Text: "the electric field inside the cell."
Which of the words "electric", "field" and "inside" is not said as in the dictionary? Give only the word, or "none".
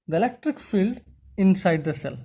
none